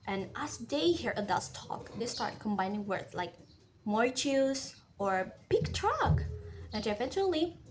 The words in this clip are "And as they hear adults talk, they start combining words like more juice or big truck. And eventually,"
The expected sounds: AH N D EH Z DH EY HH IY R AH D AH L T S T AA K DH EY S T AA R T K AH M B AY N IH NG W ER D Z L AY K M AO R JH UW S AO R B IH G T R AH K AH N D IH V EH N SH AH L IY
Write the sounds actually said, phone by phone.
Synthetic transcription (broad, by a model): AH N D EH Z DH EY HH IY R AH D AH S T AA K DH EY S T AA R T K AH M B AY N IH NG W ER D L AY K M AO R CH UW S AO R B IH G T R AH K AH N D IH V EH N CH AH L IY